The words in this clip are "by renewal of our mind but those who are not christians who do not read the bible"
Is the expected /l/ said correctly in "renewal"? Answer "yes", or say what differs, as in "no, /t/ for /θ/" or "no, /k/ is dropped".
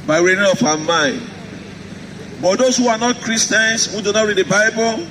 no, /n/ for /l/